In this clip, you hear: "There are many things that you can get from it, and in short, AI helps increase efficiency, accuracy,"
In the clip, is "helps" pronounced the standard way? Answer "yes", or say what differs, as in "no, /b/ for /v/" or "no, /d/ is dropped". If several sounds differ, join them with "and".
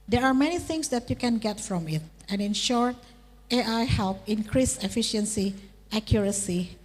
no, /s/ is dropped